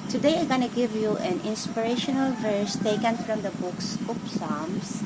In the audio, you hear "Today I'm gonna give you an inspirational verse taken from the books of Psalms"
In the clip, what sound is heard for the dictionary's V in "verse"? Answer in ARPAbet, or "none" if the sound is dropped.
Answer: V